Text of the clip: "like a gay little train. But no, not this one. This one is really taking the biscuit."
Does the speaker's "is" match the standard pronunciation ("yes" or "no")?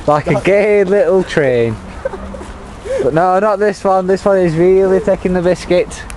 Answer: yes